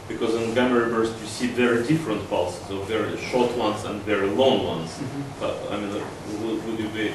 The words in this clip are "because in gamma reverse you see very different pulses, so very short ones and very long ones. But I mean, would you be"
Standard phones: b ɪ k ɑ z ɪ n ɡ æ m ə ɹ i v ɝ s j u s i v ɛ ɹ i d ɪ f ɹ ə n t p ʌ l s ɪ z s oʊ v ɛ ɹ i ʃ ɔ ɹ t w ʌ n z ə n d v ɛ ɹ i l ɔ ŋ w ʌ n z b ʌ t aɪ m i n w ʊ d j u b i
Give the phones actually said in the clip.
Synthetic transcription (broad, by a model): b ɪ k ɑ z ɪ n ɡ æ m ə ɹ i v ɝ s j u s i v ɛ ɹ i d ɪ f ɹ ə n t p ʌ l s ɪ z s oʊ v ɛ ɹ i ʃ ɔ ɹ t w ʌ n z ə n d v ɛ ɹ i l ɔ ŋ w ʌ n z b ʌ t aɪ m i n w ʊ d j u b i